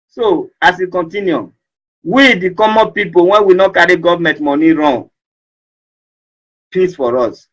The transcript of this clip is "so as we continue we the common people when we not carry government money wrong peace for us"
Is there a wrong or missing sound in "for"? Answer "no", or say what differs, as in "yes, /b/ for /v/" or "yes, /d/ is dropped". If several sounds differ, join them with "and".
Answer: no